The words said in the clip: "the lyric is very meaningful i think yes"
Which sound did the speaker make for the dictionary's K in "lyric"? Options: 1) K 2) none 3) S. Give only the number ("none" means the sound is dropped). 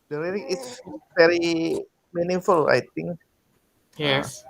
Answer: 2